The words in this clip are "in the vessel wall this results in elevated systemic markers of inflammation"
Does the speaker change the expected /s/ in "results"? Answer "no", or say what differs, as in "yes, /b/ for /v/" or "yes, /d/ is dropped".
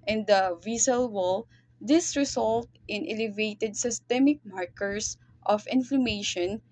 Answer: yes, /s/ is dropped